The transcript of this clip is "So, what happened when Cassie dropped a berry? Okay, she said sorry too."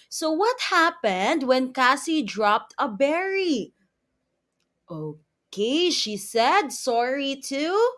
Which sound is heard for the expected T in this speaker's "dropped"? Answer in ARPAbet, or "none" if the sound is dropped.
T